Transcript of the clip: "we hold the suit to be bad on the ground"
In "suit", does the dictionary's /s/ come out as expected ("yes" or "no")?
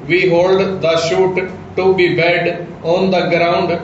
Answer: no